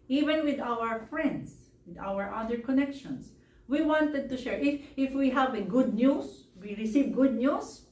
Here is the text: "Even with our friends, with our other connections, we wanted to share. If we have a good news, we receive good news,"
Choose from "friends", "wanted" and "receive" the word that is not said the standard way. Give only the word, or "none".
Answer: friends